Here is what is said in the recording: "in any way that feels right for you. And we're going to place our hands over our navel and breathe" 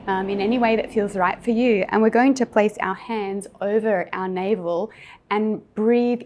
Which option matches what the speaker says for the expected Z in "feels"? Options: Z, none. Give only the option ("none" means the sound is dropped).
Z